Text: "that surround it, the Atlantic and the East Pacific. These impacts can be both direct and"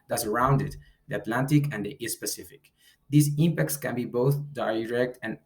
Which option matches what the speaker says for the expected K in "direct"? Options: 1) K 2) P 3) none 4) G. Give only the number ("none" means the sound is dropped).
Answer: 1